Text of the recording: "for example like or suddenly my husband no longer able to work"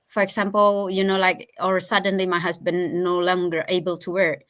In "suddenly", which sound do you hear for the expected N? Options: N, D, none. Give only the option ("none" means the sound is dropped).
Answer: N